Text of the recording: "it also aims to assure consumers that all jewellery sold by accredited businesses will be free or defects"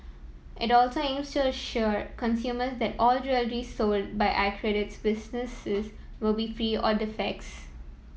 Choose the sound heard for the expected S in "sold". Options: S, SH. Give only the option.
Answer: S